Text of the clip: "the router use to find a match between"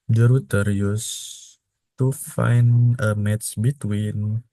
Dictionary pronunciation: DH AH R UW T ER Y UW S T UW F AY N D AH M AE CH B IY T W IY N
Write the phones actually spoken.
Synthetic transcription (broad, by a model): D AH R UW T ER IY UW S T UW F AY N AH M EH S B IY T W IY N